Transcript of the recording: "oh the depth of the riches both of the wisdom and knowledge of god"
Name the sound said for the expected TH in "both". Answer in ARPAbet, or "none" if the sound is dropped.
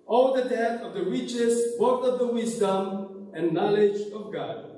T